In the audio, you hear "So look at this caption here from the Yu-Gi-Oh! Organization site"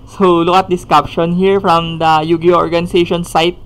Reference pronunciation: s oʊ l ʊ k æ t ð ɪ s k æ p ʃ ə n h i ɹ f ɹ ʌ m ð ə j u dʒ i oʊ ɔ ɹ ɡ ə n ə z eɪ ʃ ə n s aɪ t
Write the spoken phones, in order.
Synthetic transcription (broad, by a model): s oʊ l ʊ k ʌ t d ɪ s k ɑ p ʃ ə n h i ɹ f ɹ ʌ m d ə j u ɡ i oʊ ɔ ɹ ɡ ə n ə s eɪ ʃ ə n s aɪ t